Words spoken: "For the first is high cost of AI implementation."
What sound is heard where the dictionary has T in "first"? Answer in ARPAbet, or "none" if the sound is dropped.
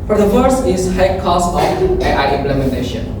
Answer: none